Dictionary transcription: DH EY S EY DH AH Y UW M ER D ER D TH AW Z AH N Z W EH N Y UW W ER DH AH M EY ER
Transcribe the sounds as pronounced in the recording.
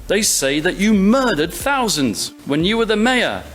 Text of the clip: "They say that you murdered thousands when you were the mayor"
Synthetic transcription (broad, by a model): DH EY S EY DH AH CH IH M ER D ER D TH AW Z AH N Z W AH N Y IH W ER DH AH M EY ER